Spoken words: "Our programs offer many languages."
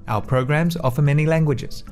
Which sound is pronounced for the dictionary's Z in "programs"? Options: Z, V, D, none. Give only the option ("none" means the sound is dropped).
Z